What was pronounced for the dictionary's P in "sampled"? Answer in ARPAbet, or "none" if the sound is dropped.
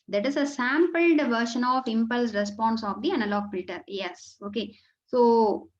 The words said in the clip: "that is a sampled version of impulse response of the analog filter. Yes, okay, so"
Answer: P